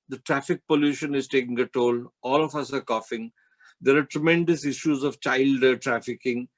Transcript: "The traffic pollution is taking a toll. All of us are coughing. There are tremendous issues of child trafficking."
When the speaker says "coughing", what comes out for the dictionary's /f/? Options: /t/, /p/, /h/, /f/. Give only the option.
/f/